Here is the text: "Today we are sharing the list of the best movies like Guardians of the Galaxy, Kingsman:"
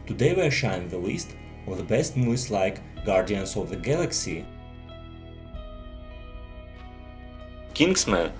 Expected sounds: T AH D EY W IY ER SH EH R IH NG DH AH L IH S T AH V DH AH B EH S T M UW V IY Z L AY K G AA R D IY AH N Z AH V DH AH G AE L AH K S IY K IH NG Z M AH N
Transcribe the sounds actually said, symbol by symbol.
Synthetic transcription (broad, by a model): T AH D EY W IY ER SH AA IH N DH AH L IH S T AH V DH AH B EH S T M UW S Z L AY K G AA R D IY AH N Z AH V DH AH G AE L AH K S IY K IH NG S M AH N